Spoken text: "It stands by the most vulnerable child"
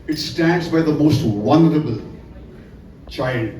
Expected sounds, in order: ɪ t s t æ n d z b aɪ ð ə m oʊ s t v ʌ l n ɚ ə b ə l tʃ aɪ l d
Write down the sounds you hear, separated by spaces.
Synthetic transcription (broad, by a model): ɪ t s t æ n d z b aɪ ð ə m oʊ s t w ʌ n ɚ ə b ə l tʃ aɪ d